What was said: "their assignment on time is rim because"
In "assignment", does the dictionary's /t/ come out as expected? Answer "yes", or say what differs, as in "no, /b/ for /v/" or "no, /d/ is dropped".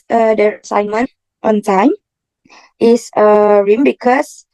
yes